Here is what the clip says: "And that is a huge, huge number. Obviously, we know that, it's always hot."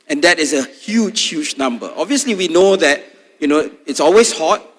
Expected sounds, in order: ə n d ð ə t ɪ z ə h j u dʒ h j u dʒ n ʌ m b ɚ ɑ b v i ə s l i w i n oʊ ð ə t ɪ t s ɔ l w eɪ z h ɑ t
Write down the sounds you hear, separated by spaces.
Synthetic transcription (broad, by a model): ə n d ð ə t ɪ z ə h j u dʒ h j u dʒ n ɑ m b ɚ ɑ b v i ə s l i w i n oʊ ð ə t ɪ t s ɔ l w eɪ s h ɑ t